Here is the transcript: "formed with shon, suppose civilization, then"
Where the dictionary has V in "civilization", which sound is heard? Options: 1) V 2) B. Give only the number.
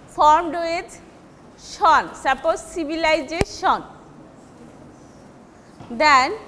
2